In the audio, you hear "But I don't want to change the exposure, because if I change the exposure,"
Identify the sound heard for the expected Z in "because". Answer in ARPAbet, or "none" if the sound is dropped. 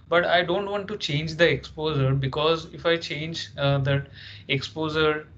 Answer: Z